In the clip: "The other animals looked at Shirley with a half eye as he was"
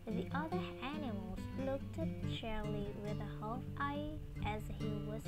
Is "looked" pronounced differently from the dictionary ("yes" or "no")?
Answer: no